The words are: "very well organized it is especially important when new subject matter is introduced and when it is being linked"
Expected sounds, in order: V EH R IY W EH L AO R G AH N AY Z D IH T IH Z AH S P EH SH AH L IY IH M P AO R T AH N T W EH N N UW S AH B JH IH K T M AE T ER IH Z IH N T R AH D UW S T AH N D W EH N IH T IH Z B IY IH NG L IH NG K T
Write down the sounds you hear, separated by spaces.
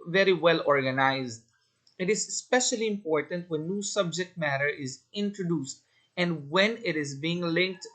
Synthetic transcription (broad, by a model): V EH R IY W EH L AO R G AH N AY Z D IH T IH Z S P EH SH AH L IY IH M P AO R T AH N T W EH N N UW S AH B JH IH K T M AE T ER IH Z IH N T R AH D UW S T AH N D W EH N IH T IH Z B IY IH NG L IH NG K T